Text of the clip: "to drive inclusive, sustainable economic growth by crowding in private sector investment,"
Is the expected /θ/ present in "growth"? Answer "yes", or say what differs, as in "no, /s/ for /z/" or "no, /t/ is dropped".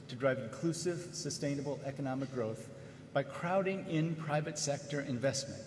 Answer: yes